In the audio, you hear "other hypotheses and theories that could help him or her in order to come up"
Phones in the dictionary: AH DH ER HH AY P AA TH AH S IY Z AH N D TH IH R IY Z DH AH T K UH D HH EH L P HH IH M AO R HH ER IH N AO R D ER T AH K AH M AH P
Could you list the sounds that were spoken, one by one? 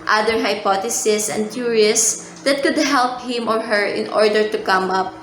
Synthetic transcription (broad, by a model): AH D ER HH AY P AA T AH S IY S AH N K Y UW R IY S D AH T K UH D HH EH L P HH IH M AO R HH ER IH N AO R D ER T AH K AH M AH P